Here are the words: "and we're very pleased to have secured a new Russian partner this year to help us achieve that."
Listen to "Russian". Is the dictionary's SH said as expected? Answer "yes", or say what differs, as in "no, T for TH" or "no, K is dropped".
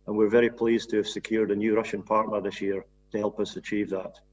yes